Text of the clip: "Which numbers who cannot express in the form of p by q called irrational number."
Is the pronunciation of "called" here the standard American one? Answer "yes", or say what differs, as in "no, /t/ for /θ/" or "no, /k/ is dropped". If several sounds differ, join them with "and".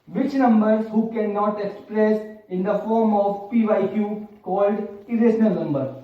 yes